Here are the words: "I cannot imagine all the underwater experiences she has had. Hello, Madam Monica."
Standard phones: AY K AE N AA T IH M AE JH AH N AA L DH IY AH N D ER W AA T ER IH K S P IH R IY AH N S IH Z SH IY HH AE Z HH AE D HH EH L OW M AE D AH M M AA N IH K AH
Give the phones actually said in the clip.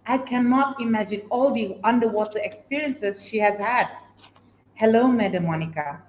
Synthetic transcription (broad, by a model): AY K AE N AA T IH M AE JH AH N AA L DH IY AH N D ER W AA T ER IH K S P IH R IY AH N S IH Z SH IY HH AE Z HH AE D HH EH L OW M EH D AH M M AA N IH K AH